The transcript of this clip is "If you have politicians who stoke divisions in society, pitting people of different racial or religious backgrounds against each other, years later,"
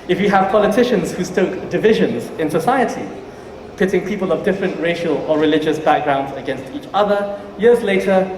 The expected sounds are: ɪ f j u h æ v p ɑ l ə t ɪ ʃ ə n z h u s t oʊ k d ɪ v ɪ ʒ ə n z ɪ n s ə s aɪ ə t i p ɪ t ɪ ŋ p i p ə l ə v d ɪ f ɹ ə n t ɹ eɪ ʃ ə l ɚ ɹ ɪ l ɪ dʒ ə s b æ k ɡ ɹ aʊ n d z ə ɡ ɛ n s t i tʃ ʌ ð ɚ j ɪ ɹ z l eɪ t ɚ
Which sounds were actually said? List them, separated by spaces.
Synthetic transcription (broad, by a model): ɪ f j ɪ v p ɑ l ə t ɪ ʃ ə n z h u s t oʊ k d ɪ v ɪ ʒ ə n z ɪ n s ə s aɪ ə t i p ɪ t ɪ ŋ p i p ə l ə v d ɪ f ɹ ə n t ɹ eɪ ʃ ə l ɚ ɹ ɪ l ɪ dʒ ə s b æ k ɡ ɹ aʊ n d z ə ɡ ɛ n s t i tʃ ʌ ð ɚ j ɪ ɹ z l eɪ t ɚ